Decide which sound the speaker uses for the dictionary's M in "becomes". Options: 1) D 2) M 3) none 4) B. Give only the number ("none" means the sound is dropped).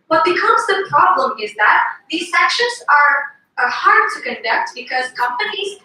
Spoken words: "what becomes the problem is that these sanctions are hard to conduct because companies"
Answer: 3